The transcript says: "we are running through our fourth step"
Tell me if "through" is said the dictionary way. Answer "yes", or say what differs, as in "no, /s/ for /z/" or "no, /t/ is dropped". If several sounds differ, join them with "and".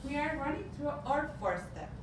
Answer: no, /t/ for /θ/